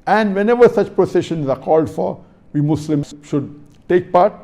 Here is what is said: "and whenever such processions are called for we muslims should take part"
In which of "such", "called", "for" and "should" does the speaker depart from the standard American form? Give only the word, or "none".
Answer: none